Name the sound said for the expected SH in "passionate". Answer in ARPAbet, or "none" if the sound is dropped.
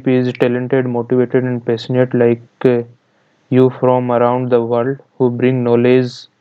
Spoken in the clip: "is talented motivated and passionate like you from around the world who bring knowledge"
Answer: S